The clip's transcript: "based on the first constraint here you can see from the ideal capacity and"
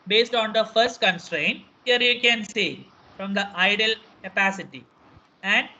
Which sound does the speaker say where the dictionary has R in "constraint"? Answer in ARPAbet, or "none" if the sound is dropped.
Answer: R